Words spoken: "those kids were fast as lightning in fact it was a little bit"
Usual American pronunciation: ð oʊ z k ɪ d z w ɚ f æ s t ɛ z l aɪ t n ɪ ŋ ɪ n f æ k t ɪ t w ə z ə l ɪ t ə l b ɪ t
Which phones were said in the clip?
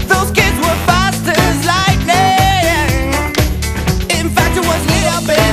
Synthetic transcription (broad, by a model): ð oʊ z k ɪ d z w ɚ f æ s t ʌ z l aɪ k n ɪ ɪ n f æ k t ɪ t w ə z ə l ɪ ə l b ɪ